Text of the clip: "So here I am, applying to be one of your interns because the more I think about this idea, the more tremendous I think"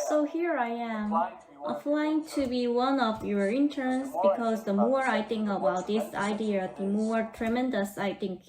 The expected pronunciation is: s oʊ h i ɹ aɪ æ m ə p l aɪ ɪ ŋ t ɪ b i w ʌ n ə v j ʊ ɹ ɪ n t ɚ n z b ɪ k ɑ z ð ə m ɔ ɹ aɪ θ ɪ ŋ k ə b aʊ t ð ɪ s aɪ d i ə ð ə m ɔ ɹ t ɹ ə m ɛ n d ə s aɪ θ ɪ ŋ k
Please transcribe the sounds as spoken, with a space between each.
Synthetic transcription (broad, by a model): s oʊ h i ɹ aɪ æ m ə f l aɪ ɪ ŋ t ɪ b i w ʌ n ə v j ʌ ɹ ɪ n t ɚ n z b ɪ k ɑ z ð ə m ɔ ɹ aɪ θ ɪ ŋ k ə b aʊ t ð ɪ s aɪ d i ə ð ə m ɔ ɹ t ɹ ə m ɛ n d ə s aɪ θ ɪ ŋ k